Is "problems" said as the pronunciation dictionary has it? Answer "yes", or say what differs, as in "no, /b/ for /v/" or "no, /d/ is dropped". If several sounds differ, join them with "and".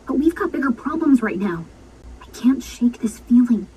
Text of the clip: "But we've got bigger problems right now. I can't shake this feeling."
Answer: yes